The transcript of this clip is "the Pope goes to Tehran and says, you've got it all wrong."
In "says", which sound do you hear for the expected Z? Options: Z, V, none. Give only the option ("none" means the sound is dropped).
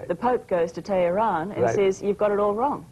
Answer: Z